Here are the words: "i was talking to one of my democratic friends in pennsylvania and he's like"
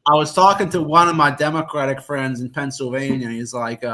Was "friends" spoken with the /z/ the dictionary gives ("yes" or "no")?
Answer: yes